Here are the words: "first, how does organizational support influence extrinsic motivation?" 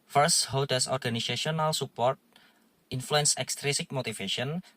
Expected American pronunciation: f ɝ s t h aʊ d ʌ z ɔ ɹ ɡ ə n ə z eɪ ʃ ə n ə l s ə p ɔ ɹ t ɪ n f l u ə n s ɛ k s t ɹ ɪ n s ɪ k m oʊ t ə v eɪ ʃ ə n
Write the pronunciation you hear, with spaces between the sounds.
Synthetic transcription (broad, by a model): f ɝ s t h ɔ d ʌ s ɔ ɹ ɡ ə n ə s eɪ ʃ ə n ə l s ə p ɔ ɹ t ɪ n f l u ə n s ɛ k s t ɹ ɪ s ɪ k m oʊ t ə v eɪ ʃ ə n